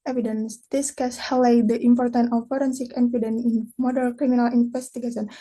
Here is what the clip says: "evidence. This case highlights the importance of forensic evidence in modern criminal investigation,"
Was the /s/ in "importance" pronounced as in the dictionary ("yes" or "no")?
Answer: no